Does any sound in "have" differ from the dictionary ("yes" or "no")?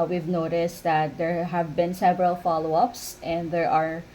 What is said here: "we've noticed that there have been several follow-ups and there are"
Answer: no